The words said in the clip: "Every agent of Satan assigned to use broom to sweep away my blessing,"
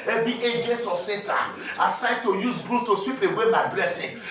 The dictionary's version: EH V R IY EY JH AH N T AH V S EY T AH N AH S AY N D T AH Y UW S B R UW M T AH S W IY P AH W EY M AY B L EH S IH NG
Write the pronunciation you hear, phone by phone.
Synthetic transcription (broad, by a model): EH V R IY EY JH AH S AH S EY T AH AH S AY D T AH Y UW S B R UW T AH S W IY P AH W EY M AY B L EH S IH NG